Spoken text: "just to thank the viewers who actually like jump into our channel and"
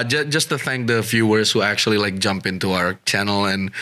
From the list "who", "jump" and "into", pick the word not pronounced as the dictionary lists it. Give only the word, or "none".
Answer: none